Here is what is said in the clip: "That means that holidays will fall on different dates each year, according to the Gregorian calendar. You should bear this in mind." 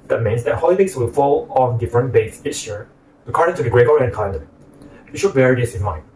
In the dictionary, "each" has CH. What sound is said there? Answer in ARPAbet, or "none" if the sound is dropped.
S